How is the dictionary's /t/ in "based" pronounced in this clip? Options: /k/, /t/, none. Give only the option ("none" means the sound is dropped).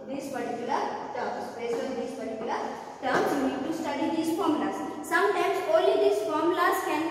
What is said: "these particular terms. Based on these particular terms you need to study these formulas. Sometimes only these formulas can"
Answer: none